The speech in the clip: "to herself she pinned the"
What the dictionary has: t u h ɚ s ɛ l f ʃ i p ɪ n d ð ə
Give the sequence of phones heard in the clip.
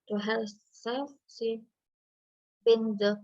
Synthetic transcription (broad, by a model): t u h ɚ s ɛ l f s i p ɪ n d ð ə